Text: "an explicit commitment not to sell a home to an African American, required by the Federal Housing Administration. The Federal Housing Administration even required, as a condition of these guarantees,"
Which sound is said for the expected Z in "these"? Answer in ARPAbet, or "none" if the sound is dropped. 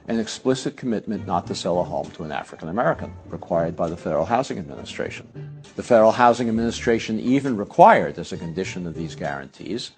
Z